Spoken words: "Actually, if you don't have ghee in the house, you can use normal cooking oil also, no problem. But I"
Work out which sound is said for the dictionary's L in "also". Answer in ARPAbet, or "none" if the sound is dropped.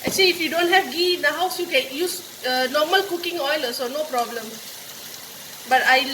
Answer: none